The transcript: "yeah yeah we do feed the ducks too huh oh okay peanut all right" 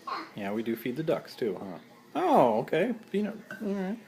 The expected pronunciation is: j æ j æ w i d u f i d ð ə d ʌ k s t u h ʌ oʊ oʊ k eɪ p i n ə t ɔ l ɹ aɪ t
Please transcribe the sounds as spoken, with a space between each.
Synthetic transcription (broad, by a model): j j æ w i d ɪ f i d ð ə d ʌ k s t u h ʌ oʊ oʊ k eɪ f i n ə ɔ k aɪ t